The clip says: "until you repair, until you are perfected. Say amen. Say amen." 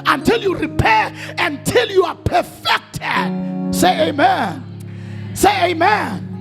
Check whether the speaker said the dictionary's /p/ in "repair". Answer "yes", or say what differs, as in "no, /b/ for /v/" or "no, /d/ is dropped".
yes